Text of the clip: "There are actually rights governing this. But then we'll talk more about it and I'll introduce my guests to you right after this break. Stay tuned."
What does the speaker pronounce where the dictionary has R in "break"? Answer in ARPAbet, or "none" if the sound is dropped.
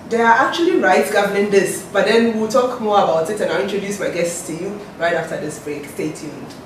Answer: R